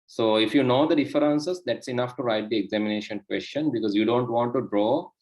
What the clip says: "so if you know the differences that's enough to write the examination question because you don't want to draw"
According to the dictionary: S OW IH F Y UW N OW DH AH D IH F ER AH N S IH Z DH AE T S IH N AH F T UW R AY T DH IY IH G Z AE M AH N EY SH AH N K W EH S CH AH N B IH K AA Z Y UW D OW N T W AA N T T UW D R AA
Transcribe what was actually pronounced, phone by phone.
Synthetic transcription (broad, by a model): S OW IH F Y UW N OW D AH D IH F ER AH N S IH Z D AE T S IH N AH F T UW R AY T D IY IH G Z AE M AH N EY SH AH N K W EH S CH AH N B IH K AA Z Y UW D OW N T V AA N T T UW D R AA